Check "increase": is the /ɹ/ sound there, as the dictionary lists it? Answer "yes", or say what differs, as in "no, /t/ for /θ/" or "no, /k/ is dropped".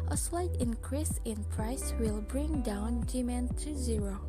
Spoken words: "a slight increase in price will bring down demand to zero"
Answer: yes